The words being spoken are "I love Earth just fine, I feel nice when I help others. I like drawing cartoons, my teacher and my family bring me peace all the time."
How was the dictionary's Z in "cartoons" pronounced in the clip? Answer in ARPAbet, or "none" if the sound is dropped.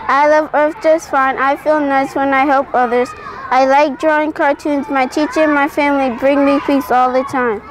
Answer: Z